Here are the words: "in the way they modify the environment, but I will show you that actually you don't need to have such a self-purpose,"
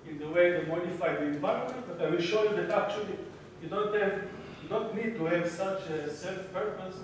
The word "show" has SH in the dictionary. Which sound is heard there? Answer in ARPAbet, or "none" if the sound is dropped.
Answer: SH